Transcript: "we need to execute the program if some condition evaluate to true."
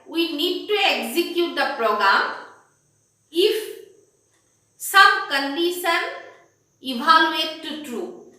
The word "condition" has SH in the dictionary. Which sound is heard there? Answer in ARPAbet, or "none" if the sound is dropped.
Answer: S